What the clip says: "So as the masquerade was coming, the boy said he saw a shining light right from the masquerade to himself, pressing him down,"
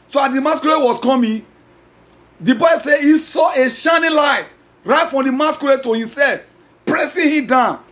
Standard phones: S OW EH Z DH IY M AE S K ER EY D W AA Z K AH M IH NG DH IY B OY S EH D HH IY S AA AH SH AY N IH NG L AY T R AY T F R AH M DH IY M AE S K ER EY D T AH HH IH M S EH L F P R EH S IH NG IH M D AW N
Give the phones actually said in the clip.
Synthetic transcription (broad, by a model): S OW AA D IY M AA S K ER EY W AA S K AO M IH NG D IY B OY S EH HH IY S AA AH SH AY N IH L AY T R AY T F R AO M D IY M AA S K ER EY T AH HH IH M S EH L F P R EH S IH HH IH M D AW N